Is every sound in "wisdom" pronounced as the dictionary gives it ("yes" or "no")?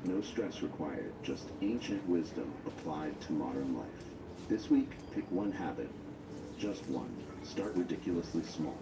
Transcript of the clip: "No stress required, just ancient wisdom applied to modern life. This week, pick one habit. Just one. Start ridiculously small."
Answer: yes